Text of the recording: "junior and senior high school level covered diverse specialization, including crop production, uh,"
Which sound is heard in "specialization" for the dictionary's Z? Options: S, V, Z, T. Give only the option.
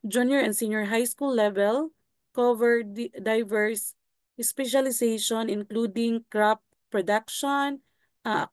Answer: S